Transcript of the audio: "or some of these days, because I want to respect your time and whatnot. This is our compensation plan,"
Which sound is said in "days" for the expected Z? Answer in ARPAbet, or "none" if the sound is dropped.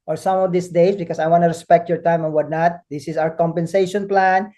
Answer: S